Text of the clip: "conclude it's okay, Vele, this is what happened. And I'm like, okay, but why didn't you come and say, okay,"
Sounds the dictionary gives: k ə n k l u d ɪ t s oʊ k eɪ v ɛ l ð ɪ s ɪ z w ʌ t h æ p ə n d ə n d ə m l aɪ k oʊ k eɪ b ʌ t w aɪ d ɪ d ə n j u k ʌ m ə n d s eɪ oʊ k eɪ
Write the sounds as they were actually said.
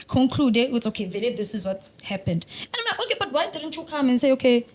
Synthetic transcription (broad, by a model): k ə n k l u d ɪ t s oʊ k eɪ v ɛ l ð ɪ s ɪ z w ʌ t h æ p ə n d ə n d ə m n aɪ oʊ k eɪ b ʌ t w aɪ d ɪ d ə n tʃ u k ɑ m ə n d s eɪ oʊ k eɪ